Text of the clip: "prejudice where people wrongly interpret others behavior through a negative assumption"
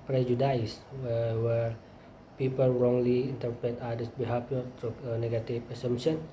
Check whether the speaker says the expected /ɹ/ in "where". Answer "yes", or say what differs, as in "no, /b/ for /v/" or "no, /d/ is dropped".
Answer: no, /w/ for /ɹ/